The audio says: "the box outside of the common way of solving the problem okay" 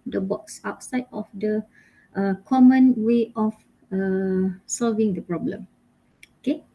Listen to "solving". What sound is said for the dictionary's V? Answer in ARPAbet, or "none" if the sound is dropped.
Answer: V